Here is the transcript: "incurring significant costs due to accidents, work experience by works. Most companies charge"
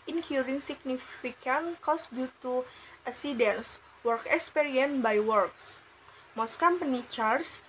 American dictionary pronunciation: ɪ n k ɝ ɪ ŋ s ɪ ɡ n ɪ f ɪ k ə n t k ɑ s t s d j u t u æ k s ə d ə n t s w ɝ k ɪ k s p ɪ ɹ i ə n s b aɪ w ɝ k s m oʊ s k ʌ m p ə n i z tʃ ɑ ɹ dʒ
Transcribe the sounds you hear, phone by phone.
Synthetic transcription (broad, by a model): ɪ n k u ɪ ŋ s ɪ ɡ n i f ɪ k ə n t k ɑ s s d j u t u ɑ s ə d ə n s w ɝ k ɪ k s p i ɹ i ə n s b aɪ w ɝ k s m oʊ s k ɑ m p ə n i tʃ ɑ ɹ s